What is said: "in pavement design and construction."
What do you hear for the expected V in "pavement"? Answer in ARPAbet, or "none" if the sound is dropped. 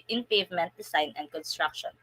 V